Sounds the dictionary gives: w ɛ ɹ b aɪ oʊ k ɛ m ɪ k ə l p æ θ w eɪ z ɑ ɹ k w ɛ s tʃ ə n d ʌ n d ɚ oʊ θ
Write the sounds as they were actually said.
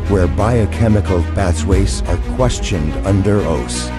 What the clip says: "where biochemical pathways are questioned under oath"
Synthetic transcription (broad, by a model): w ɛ ɹ b aɪ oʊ k ɛ m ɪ k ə l b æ s w eɪ s ɑ ɹ k w ɛ s tʃ ə n d ʌ n d ɚ oʊ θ